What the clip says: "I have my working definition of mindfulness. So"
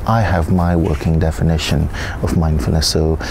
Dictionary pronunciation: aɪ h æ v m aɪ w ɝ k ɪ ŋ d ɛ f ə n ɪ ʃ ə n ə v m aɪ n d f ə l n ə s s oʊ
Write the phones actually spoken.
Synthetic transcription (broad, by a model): aɪ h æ v m aɪ w ɝ k ɪ ŋ d ɛ f ə n ɪ ʃ ə n ə v m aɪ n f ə n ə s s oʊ